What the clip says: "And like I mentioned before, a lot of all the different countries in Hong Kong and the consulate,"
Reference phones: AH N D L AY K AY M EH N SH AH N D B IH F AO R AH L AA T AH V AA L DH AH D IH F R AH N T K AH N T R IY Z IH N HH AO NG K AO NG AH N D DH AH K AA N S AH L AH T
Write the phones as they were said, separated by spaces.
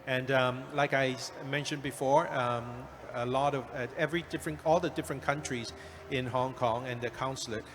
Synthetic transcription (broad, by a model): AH N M L AY K AY M EH N SH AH N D B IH F AO R AH L AA T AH V AA L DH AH D IH F R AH N K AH N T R IY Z IH N HH AO NG K AO NG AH N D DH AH K AA N S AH L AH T